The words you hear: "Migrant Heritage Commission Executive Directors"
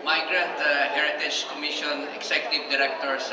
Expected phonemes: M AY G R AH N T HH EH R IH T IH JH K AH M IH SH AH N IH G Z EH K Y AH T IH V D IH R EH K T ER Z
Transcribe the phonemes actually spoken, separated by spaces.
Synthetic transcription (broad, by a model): M AY G R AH N T HH EH R IH T IH JH K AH M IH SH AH N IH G S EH K Y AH T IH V D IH R EH K T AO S